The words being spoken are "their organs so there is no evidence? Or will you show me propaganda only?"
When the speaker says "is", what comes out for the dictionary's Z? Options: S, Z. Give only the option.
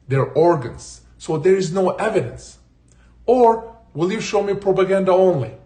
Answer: Z